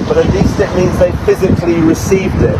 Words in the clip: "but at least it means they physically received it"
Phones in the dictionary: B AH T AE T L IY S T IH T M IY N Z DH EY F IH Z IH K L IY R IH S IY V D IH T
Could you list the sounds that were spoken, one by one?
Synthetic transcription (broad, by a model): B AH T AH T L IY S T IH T M IY N Z DH EY F IH Z IH K L IY R IH S IY V D IH T